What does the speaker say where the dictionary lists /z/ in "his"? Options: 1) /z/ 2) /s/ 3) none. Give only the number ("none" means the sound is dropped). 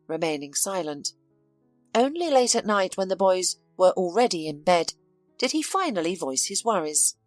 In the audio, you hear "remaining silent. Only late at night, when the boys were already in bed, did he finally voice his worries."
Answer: 1